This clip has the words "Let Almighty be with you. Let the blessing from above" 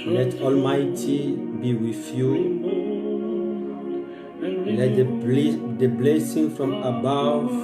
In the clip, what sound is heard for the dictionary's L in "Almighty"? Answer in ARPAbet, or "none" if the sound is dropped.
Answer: L